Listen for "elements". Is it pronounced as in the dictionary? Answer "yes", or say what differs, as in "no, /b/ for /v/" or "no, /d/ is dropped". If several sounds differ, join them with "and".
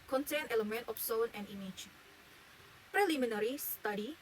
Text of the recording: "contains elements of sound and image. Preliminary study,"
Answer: no, /s/ is dropped